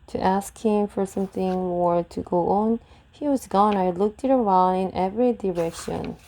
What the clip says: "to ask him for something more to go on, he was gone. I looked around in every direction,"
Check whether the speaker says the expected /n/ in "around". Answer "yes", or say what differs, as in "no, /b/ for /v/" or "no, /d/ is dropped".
no, /l/ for /n/